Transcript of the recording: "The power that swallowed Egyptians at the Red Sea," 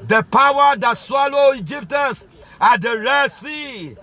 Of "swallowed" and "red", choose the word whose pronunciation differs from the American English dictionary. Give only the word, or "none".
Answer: swallowed